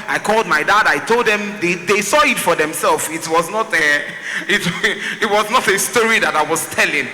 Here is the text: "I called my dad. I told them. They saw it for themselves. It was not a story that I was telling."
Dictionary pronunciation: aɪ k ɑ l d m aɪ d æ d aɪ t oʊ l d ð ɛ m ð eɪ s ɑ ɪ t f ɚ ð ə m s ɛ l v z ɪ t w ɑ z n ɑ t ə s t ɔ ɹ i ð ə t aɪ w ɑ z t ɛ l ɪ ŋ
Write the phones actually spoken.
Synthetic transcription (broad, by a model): aɪ k ɑ l d m aɪ d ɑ d aɪ t oʊ l d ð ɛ m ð eɪ s ɑ ɪ t f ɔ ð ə m s ɛ l w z ɪ t w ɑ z n ɑ t ə s t ɔ ɹ i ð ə t aɪ w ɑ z t ɛ l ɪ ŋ